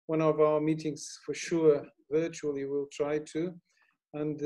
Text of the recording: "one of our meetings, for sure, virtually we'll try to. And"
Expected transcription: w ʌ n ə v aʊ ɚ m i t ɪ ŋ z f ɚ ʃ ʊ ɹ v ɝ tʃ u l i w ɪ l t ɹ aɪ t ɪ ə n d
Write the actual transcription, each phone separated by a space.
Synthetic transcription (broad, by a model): w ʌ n ə v aʊ ɚ m i t ɪ ŋ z f ɚ ʃ ʊ ɹ v ɝ tʃ u l i w ɪ l t ɹ aɪ t ɪ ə n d